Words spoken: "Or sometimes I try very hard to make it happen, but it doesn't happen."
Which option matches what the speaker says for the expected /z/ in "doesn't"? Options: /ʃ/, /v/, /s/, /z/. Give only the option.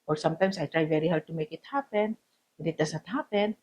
/s/